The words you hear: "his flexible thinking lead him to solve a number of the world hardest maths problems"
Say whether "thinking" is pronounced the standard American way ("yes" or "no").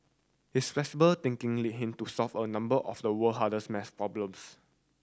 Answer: no